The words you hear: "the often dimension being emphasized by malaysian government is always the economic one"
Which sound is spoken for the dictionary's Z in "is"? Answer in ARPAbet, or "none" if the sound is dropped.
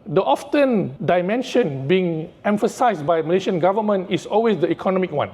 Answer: S